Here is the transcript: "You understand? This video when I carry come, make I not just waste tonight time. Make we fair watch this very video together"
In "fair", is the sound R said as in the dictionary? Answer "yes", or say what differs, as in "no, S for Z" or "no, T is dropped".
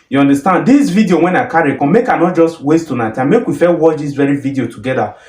no, L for R